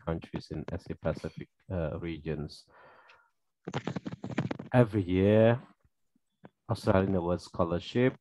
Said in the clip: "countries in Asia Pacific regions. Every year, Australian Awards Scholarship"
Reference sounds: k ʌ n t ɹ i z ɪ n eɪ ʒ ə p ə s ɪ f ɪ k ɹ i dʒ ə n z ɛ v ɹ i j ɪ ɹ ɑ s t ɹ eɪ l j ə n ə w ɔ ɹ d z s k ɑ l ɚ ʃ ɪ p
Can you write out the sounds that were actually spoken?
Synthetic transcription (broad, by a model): k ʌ n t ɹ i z ɪ n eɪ s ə p ə s ɪ f ɪ k ɹ i dʒ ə n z ɛ v ɹ i j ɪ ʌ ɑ s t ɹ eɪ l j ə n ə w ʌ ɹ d s k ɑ l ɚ ʃ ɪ p